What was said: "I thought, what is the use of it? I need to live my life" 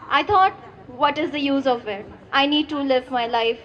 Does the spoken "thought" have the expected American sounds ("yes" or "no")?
no